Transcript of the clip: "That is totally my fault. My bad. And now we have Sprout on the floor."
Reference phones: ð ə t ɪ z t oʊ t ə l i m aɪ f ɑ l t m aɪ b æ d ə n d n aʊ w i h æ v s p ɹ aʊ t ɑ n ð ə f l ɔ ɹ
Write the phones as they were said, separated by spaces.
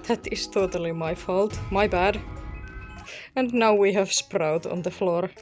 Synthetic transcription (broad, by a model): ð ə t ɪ s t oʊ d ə l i m aɪ f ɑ l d m aɪ b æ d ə n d n aʊ w i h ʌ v s p ɹ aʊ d ɑ n ð ə f l ɔ ɹ